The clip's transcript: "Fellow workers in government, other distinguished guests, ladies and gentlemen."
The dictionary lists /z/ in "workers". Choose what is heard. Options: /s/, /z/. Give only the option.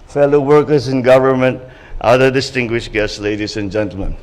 /s/